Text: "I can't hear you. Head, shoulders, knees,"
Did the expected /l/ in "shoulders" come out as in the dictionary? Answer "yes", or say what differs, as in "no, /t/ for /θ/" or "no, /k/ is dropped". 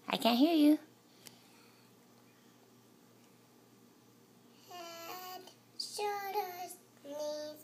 no, /l/ is dropped